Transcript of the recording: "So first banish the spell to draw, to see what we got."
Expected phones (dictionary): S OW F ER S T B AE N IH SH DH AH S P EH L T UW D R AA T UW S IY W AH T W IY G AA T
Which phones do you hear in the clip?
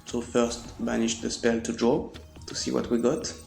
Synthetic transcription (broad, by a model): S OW F ER S T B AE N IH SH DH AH S P EH L T UW D R AA T UW S IY W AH T W IY G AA T